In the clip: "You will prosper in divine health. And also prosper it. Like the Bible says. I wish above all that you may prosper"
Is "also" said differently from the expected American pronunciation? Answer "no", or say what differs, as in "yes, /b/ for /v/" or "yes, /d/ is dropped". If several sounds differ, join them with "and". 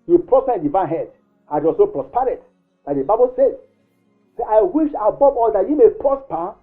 yes, /l/ is dropped